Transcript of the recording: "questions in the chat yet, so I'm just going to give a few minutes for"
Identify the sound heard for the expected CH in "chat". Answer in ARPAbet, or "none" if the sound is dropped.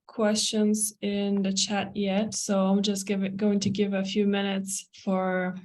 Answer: CH